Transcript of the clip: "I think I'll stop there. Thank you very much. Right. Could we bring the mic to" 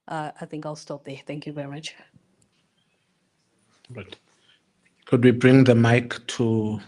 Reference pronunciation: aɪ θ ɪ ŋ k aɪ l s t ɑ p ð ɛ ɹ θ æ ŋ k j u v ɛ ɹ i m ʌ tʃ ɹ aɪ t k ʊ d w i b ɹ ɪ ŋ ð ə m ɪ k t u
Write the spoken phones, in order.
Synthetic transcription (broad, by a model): aɪ θ ɪ ŋ k aɪ l s t ɑ p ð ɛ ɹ θ æ ŋ k j u v ɛ ɹ i m ʌ tʃ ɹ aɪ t k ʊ d w i b ɹ ɪ ŋ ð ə m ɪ k t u